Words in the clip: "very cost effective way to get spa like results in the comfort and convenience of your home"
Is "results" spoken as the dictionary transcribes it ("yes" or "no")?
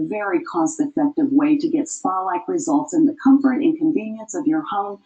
yes